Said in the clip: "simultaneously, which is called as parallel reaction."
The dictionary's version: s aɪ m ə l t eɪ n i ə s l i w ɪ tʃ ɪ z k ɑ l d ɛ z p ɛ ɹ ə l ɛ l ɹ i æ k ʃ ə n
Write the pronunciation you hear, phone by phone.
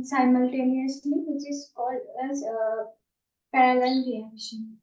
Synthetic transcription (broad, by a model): s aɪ m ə l t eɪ n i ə s l i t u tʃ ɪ s k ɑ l ɛ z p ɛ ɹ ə l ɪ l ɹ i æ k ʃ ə n